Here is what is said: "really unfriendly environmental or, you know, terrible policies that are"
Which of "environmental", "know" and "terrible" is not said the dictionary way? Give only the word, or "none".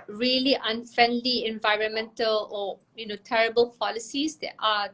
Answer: none